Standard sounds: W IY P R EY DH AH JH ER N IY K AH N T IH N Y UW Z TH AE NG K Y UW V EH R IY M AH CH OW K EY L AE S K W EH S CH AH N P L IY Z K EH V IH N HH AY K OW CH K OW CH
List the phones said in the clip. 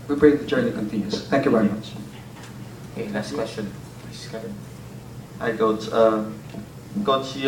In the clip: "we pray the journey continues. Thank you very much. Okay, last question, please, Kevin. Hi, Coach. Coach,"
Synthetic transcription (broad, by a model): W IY B R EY DH AH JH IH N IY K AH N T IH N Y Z TH AE NG K Y UW V EH R IY M AH CH OW K EY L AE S K W EH S CH AH N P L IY S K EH IH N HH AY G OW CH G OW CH